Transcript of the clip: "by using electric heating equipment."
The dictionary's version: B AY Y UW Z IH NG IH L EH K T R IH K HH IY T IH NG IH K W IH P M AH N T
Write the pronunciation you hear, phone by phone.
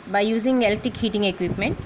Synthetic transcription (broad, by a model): B AY Y UW Z IH NG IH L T IH K HH IY T IH NG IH K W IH P M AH N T